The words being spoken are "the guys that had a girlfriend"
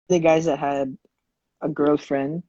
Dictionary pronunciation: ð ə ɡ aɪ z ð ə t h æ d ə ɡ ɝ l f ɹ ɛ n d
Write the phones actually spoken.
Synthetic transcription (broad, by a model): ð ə ɡ aɪ z ð ə t h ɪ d ə ɡ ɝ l f ɹ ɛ n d